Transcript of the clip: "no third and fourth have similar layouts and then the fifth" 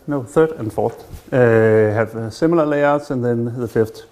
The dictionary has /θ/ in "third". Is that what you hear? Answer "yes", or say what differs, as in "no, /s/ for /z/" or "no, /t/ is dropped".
yes